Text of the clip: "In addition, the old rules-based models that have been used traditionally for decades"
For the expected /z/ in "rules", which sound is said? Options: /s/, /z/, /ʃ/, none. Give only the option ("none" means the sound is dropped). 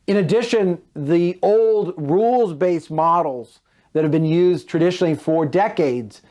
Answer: /z/